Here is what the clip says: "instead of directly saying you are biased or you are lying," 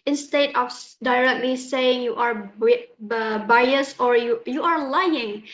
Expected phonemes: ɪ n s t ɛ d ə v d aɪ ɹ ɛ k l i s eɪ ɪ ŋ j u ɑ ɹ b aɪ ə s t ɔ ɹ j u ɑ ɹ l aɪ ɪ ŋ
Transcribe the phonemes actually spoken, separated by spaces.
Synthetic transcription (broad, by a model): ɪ n s t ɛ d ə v d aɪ ɹ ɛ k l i s eɪ ɪ ŋ j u ɑ ɹ b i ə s ɔ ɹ j u ɑ ɹ l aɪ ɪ ŋ